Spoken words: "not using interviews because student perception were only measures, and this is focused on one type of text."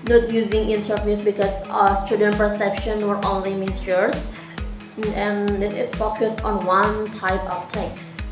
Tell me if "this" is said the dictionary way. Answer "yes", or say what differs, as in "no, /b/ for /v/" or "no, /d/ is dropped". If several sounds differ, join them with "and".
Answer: no, /s/ is dropped